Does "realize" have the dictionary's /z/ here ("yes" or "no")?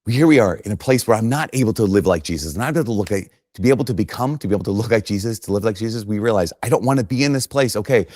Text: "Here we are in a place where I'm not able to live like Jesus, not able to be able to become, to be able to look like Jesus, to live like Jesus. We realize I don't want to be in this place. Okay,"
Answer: yes